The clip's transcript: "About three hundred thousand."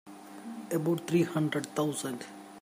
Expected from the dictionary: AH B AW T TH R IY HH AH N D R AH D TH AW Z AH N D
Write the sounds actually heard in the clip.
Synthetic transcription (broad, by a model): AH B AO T T R IY HH AH N D R AH D T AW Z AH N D